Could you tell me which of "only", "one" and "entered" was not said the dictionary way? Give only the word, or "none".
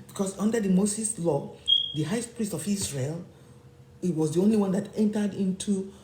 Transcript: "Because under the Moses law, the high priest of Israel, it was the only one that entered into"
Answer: none